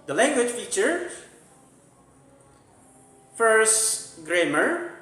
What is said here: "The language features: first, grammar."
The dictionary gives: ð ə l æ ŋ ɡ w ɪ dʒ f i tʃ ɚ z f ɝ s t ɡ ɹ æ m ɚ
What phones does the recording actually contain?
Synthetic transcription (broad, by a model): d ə l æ ŋ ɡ w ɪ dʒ f i tʃ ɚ f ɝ s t ɡ ɹ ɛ m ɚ